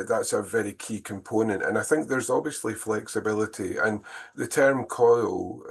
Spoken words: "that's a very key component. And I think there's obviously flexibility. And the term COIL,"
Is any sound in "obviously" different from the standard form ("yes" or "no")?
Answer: no